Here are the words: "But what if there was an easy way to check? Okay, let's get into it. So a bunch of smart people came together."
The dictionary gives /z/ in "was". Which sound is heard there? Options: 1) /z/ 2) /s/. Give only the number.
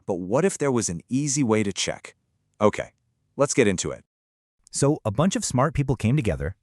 1